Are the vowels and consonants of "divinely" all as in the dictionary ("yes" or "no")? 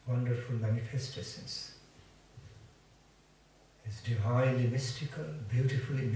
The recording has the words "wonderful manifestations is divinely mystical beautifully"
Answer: no